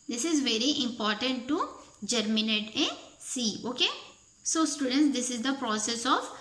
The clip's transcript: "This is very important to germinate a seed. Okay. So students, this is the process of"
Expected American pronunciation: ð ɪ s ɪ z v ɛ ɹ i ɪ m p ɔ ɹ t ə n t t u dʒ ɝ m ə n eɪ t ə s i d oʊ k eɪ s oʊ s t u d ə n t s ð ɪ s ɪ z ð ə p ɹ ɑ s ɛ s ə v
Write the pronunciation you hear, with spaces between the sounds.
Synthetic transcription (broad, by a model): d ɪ s ɪ z v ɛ ɹ i ɪ m p ɔ ɹ t ə n t t u dʒ ɝ m ə n eɪ t ə s i oʊ k eɪ s oʊ s t u d ə n t s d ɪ s ɪ z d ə p ɹ ɑ s ɛ s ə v